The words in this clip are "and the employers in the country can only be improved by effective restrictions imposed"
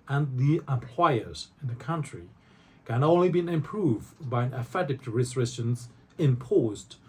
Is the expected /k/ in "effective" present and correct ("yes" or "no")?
no